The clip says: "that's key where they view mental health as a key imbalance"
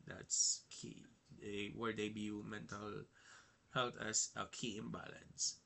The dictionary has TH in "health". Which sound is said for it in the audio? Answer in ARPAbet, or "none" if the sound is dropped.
T